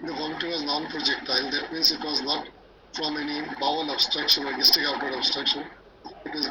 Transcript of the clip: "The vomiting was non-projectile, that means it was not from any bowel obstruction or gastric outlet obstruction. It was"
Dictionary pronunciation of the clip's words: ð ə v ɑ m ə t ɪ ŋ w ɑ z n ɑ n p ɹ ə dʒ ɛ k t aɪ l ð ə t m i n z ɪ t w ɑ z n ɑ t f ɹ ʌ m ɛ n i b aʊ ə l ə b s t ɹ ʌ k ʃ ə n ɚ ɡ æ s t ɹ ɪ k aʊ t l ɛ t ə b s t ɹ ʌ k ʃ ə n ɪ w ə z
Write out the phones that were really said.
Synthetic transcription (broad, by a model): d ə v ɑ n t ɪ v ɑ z n ɑ n p ɹ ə dʒ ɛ k t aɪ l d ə t m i n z ɪ t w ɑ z n ɑ t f ɹ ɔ m ɛ n i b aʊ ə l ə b s t ɹ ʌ k ʃ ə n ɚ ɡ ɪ s t ɪ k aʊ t ʌ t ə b s t ɹ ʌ k ʃ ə n ɪ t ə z